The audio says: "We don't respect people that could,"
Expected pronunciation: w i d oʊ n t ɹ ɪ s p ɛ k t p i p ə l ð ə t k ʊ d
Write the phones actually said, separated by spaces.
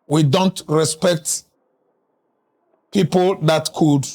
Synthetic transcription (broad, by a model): w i d oʊ n t ɹ ɪ s p ɛ k t p i p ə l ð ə t k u d